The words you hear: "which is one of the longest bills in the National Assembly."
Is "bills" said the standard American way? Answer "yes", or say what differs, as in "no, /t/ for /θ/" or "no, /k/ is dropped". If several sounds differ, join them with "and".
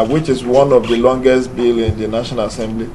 no, /z/ is dropped